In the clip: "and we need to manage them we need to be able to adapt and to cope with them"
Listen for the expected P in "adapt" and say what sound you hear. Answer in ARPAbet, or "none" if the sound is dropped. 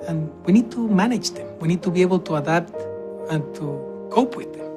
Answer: none